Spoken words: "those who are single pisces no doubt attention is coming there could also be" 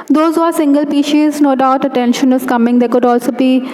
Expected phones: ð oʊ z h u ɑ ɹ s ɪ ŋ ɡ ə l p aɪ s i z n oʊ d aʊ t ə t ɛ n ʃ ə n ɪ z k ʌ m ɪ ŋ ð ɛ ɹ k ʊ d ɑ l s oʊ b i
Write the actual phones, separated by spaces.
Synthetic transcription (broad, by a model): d oʊ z h u ɑ ɹ s ɪ ŋ ɡ ə l p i ʃ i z n oʊ d aʊ t ə t ɛ n ʃ ə n ɪ z k ʌ m ɪ ŋ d ɛ k ʊ d ɑ l s oʊ b i